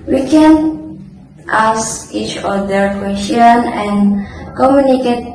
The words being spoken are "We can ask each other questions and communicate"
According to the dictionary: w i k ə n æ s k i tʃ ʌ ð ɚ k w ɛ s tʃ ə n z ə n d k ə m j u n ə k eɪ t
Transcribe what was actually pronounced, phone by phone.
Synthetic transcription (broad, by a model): w i k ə n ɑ s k i tʃ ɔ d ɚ k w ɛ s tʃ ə n ə n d k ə m j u n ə k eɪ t